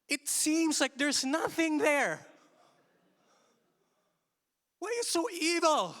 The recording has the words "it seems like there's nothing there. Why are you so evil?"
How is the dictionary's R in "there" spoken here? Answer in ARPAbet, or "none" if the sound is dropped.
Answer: R